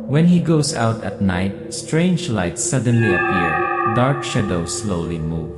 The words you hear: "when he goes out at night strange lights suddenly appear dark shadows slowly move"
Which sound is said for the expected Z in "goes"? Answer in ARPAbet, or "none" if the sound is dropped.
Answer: S